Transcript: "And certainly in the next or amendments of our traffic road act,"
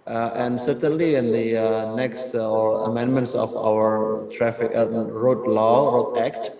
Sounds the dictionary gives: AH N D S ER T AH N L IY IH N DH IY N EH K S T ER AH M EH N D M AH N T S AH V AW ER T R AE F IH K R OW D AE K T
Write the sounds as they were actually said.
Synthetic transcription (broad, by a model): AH N D S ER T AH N L IY IH N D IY N EH K S T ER AH M EH N D M AH N T S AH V AW ER T R AE F IH K R OW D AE K T